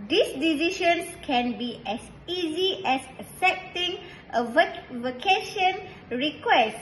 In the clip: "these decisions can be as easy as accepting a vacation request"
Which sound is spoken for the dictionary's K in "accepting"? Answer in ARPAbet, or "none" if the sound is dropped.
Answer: none